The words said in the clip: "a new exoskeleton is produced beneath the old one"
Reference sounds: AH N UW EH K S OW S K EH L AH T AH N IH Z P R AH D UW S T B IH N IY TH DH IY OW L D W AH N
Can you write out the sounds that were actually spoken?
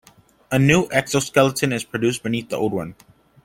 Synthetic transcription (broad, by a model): AH N UW EH K S OW S K EH L AH T AH N IH Z P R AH D UW S B IH N IY TH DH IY OW L D W AH N